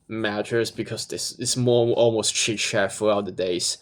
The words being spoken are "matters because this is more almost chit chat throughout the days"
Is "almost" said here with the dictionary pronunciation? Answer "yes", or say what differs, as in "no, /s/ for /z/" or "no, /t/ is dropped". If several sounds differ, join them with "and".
yes